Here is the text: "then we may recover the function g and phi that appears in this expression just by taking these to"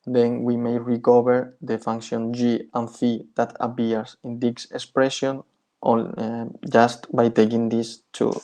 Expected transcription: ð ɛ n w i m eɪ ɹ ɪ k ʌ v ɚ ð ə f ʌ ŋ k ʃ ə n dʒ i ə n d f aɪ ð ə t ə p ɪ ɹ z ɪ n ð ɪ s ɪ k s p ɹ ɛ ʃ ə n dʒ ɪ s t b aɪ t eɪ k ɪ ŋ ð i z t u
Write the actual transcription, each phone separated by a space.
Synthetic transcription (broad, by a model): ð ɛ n w i m eɪ ɹ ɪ k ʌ b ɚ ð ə f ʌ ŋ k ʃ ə n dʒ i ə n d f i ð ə t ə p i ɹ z ɪ n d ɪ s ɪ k s p ɹ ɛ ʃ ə n dʒ ɪ s t b aɪ t eɪ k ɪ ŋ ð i s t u